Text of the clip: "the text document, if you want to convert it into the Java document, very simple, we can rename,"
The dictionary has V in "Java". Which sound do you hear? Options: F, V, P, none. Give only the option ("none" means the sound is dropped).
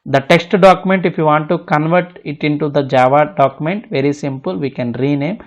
V